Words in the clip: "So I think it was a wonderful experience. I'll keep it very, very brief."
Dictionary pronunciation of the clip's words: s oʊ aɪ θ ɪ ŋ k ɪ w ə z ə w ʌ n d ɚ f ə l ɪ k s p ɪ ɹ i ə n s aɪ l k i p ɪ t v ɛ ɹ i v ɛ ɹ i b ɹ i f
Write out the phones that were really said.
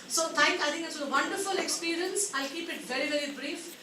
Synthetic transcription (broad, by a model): s oʊ aɪ t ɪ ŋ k ɪ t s ə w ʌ n d ɚ f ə l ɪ k s p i ɹ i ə n s aɪ l k i p ɪ t v ɛ ɹ i v ɛ ɹ i b ɹ i f